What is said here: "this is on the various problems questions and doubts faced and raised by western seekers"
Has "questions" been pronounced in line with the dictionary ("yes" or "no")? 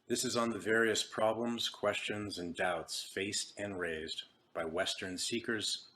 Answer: yes